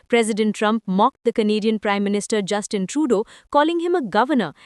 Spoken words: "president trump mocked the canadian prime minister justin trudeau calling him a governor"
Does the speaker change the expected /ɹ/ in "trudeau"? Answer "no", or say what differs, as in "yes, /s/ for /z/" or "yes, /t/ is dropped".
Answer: no